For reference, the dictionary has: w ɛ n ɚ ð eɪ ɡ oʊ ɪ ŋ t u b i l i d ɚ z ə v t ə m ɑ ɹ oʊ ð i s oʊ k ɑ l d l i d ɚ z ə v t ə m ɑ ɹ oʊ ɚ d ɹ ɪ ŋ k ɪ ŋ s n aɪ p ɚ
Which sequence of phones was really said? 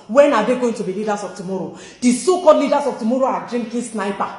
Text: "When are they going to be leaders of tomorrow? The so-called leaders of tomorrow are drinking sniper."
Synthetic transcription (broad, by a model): w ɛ n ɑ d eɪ ɡ oʊ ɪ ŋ t u b i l i d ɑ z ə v t ə m ɑ ɹ oʊ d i s oʊ k ɑ d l i d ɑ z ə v t ə m ɑ ɹ oʊ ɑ d ɹ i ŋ k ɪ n s n aɪ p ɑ